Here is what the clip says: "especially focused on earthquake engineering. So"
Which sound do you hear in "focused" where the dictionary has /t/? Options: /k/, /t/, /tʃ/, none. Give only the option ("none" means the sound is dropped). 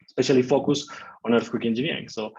none